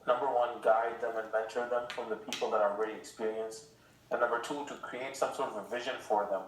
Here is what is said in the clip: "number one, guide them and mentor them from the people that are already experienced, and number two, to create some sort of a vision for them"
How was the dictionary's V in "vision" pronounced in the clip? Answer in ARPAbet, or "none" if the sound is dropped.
V